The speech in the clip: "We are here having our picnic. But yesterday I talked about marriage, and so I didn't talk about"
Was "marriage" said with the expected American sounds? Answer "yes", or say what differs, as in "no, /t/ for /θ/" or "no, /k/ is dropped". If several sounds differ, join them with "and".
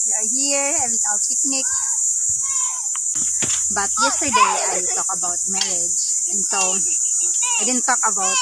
no, /l/ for /ɹ/